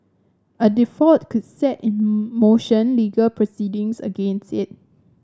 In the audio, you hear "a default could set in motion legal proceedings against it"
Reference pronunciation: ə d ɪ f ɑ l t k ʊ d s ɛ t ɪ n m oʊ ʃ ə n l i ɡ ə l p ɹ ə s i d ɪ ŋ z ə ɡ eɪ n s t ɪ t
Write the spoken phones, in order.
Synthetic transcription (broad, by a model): ə d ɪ f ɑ t k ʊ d s ɛ t ɪ n m oʊ ʃ ə n l i ɡ ə l p ɹ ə s i d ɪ ŋ s ə ɡ eɪ n s t ɪ t